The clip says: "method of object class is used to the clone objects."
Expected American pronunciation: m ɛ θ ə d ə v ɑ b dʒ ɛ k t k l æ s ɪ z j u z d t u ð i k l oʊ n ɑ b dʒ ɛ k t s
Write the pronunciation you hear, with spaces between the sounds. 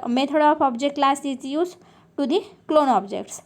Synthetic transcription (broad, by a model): m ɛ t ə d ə p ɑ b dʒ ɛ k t l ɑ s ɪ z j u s t u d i k l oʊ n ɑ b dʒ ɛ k t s